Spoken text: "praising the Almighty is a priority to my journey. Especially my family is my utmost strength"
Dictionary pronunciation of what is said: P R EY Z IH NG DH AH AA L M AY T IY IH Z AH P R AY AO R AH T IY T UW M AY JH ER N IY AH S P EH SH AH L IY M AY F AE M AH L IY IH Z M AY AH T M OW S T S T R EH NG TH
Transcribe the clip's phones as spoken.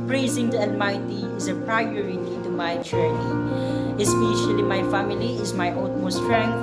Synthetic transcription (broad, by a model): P R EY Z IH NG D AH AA N M AY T IY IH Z AH P R AY AO R AH T IY T UW M AY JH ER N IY AH S P EH SH AH L IY M AY F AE M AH L IY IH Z M AY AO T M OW S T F R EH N